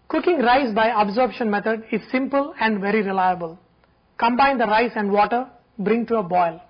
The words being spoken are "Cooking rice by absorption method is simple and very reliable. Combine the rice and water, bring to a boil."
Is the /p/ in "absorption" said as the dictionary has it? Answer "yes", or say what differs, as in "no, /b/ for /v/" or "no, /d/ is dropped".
no, /b/ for /p/